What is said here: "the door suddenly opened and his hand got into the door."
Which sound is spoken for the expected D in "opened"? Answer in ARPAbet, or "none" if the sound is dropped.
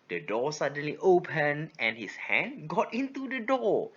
none